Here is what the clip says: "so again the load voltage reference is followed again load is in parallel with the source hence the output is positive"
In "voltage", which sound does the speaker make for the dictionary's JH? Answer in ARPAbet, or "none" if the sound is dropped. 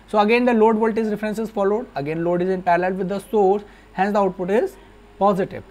Z